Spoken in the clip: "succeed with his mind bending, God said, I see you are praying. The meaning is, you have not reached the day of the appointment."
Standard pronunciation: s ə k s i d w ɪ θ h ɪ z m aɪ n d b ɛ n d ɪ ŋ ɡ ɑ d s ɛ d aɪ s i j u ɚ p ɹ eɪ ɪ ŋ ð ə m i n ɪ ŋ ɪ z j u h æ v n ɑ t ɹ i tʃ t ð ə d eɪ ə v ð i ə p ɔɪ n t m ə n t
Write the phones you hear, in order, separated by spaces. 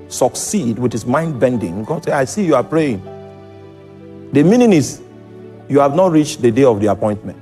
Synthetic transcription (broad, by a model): s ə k s i d w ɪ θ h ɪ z m aɪ n d b ɛ n d ɪ ŋ ɡ ɑ d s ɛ aɪ s i j u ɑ p ɹ eɪ ɪ ŋ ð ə m i n ɪ ŋ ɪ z j u h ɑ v n ɑ t ɹ i tʃ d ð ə d eɪ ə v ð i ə p ɔɪ n t m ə n t